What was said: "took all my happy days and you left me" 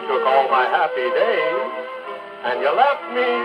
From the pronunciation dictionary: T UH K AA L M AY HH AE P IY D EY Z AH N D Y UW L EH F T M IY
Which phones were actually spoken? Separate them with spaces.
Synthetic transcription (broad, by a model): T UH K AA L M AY HH AE P IY D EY AH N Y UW L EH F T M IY